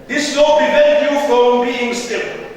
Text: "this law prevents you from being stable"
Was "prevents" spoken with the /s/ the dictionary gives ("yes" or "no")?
no